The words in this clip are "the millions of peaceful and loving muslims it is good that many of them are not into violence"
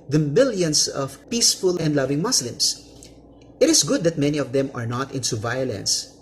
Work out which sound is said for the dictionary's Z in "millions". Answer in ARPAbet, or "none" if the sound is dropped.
S